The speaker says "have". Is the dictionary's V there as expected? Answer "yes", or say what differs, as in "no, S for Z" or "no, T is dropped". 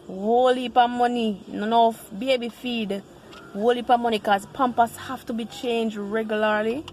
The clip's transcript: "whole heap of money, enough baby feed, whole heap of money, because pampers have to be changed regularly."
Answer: no, F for V